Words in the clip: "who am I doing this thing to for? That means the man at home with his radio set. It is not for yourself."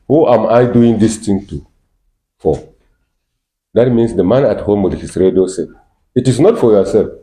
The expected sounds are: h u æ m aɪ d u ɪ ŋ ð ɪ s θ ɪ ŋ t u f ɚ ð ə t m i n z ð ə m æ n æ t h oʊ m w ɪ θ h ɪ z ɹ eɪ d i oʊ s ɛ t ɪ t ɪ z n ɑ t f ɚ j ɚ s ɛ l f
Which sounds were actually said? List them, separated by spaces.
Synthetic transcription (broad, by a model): h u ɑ m aɪ d u ɪ ŋ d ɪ s t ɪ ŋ t u f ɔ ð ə t m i n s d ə m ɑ n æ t h oʊ m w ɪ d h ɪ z ɹ eɪ d i oʊ s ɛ ɪ t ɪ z n ɑ t f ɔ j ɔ s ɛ l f